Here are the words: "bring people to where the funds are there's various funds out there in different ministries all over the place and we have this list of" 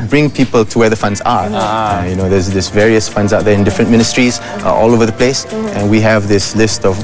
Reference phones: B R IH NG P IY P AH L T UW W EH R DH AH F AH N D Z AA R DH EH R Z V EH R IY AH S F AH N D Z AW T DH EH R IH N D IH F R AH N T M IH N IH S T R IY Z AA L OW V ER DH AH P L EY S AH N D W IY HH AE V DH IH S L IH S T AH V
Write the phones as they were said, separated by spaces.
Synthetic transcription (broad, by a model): B R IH NG P IY P AH L T UW W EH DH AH F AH N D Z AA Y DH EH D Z V EH R IY AH S F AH N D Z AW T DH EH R IH N D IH F R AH N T M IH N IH S T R IY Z AA L OW V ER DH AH P L EY S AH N W IY HH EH V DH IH S L IH S T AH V